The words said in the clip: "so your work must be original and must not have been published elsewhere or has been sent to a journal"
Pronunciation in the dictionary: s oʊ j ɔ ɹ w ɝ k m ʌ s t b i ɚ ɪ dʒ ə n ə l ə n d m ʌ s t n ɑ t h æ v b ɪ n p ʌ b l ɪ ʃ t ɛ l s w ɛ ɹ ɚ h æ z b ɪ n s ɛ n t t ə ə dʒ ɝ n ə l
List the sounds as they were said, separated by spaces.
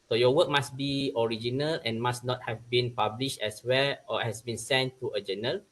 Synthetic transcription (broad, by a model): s oʊ j ɔ w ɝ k m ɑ s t b i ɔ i dʒ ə n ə l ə n m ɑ s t n ɑ t h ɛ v b ɪ n p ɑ b l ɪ ʃ t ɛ s w ɛ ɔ h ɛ s b ɪ n s ɛ n t t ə ə dʒ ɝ n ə l